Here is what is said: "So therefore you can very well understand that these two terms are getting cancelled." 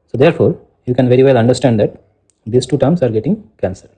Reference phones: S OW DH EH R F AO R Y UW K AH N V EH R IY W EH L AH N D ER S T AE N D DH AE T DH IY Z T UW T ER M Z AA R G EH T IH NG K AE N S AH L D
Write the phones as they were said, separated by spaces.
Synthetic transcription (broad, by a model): S OW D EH R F AO R Y UW K AH N V EH R IY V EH L AH N D ER S T AE N D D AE T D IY S T UW T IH M S AA R G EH T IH NG K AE N S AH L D